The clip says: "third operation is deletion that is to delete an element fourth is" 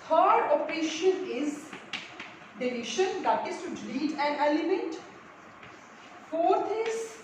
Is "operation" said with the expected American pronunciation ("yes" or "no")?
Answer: no